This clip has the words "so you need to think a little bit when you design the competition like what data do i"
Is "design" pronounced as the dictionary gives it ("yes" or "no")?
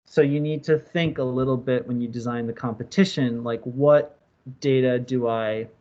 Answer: yes